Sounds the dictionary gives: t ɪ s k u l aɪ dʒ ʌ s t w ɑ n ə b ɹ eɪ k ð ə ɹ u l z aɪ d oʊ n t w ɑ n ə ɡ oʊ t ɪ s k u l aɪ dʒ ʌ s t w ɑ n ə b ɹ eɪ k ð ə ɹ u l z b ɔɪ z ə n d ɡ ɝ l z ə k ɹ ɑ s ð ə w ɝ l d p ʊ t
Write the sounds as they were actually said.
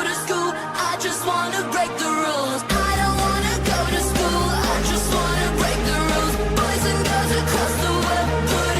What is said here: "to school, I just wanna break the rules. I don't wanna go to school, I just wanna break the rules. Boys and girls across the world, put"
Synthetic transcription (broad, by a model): t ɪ s k u l aɪ dʒ ʌ s t w ɑ n ə b ɹ eɪ k ð ə ɹ u l z aɪ d oʊ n t w ɑ n ə ɡ oʊ t ɪ s k u l aɪ dʒ ʌ s t w ɑ n ə b ɹ eɪ k ð ə ɹ u l z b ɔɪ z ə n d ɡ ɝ z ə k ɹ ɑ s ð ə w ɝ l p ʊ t